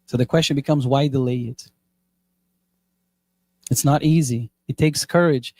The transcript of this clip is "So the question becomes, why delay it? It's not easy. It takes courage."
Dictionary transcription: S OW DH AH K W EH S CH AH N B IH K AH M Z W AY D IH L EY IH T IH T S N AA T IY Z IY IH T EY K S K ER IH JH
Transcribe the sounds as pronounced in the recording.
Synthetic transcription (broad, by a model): S OW DH AH K W EH S CH AH N B IH K AH M Z W AY D IH L EY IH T IH T S N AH T IY Z IY IH T EY K S K ER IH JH